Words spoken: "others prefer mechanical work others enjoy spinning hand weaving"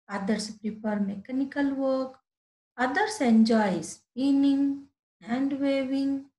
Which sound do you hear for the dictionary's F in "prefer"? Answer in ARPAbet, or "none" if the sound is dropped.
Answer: P